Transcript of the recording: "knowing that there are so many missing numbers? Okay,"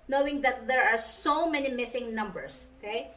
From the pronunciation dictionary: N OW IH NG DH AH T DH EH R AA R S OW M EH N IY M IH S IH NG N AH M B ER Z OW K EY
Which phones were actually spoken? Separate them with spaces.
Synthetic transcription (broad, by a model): N OW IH NG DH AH T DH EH R AA R S OW M EH N IY M IH S IH NG N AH M B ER S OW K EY